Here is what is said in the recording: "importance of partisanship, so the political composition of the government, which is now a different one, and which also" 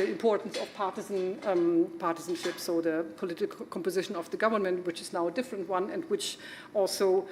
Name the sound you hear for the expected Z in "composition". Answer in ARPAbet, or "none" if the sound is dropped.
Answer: Z